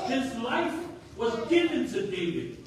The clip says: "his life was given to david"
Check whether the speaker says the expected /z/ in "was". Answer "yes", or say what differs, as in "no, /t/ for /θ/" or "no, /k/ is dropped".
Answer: yes